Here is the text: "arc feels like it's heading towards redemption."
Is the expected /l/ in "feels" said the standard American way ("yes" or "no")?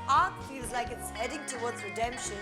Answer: no